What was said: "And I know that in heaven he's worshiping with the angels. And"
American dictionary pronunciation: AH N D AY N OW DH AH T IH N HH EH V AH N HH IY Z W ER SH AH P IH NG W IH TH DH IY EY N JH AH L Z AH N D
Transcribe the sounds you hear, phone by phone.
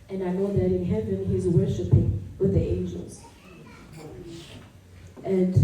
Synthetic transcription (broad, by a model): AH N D AY N OW DH AH T IH N HH EH V AH N HH IY Z W ER SH AH P IH NG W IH DH IY EY N JH AH L Z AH N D